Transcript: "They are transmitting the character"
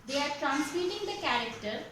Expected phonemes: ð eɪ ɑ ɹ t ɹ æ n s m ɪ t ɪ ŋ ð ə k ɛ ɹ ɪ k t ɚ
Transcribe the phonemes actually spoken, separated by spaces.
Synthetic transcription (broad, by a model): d eɪ ɑ ɹ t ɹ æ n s i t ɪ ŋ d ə k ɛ ɹ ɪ k t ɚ